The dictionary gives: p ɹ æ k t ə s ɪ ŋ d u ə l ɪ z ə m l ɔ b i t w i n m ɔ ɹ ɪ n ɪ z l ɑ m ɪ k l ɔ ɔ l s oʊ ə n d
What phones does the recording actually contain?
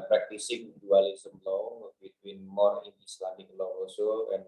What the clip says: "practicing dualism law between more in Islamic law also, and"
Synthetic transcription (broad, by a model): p ɹ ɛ k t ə s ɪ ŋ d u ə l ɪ s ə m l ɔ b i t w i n m ɔ ɹ ɪ n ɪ s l ɑ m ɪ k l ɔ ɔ s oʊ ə n